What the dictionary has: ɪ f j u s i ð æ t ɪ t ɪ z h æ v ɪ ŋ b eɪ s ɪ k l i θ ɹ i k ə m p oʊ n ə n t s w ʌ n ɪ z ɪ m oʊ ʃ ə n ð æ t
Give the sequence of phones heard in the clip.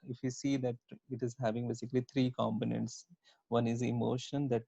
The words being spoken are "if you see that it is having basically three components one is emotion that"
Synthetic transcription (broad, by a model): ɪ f j u s i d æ t ɪ t ɪ z h æ v ɪ ŋ b eɪ s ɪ k l i t ɹ i k ə m p oʊ n ə n t s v ʌ n ɪ z ɪ m oʊ ʃ ə n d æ t